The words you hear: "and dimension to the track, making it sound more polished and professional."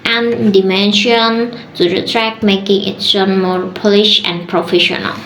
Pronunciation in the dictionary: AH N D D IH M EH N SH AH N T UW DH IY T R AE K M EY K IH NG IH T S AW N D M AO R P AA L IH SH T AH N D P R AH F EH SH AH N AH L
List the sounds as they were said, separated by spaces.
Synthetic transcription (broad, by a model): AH N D D IH M EH N SH AH N T UW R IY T R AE K M EY K IH NG IH T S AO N M AO R P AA L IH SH AH N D P R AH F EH SH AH N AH L